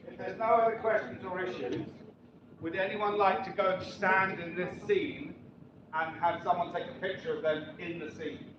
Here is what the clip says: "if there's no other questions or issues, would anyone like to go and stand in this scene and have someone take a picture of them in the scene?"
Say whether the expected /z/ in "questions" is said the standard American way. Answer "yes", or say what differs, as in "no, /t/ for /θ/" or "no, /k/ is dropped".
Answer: yes